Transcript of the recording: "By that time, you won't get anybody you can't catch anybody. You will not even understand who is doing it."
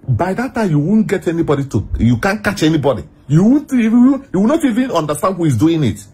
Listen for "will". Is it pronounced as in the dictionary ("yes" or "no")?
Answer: no